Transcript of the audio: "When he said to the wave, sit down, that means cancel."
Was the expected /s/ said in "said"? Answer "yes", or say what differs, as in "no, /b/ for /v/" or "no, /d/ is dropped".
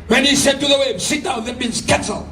yes